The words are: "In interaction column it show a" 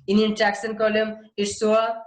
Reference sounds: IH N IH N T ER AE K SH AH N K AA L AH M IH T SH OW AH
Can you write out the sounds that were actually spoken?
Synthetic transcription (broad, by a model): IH N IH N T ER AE K S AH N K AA L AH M IH T S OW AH